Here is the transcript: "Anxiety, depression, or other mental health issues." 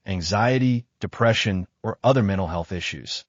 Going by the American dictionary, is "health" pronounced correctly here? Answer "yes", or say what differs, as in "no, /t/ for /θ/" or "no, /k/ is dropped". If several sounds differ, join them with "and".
yes